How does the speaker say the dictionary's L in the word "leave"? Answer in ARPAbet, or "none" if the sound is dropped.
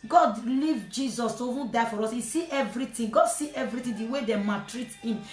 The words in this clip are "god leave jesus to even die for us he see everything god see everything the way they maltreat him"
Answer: L